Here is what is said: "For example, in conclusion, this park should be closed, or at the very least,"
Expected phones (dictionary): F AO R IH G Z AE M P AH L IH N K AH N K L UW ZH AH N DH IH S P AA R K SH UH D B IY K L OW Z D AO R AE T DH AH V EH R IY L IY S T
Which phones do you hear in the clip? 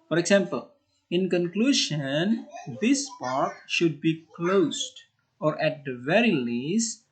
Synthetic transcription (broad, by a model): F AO R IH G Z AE M P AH L IH N K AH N K L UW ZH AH N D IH S P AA R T SH UH D B IY K L OW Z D AO R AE T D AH V EH R IY L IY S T